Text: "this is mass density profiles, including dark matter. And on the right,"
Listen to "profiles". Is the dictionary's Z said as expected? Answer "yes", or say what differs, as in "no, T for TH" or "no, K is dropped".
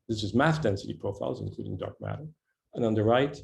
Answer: yes